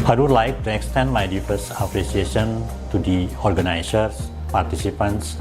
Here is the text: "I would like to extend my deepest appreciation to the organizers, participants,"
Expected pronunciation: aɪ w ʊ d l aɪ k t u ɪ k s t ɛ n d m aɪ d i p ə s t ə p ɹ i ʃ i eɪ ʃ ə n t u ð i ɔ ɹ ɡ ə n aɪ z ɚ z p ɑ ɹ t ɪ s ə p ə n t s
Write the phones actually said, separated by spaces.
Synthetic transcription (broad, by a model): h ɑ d l aɪ k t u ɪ k s t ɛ n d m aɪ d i f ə s ə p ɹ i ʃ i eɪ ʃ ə n t u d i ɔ ɹ ɡ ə n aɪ s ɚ s p ɑ ɹ t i s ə p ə n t s